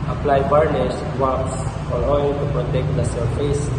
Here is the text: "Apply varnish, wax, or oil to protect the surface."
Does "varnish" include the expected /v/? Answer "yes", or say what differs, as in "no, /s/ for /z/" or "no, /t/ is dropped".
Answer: no, /b/ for /v/